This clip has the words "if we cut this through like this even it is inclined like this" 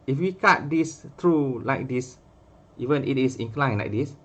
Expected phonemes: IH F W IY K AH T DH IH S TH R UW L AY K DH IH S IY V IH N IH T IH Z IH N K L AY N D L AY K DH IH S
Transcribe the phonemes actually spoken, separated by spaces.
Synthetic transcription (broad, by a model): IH F W IY K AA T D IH S T R UW L AY K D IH S IY V IH N IH T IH S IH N K L AY N L AY K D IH S